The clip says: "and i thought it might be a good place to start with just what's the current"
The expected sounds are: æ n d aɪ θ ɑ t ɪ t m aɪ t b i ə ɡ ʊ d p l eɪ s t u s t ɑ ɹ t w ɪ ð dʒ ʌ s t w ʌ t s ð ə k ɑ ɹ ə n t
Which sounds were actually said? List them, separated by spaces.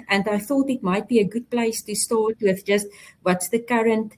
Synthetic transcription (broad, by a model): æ n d aɪ θ ɑ t ɪ t m aɪ t b i ə ɡ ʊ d p l eɪ s t u s t ɑ ɹ t w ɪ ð dʒ ʌ s t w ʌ t s ð ə k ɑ ɹ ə n t